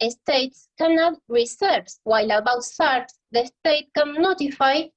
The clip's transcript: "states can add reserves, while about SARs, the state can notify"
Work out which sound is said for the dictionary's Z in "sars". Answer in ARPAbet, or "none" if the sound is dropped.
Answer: S